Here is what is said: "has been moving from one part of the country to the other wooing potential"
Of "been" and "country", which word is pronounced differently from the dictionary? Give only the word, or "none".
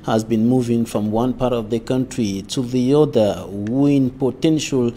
none